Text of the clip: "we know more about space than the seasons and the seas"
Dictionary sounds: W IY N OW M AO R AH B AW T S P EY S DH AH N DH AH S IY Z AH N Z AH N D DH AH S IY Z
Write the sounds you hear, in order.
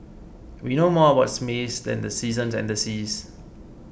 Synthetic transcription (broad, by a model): W IY N OW M AO W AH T S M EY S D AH N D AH S IY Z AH N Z AH N D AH S IY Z